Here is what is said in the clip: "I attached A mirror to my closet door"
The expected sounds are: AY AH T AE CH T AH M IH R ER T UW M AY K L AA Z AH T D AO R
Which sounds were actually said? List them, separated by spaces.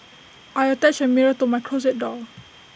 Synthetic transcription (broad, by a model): AY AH T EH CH AH M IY R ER T UW M AY K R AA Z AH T D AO L